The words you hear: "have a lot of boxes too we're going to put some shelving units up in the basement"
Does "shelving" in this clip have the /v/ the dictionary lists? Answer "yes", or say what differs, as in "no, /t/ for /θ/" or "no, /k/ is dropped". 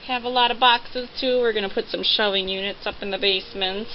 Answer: no, /v/ is dropped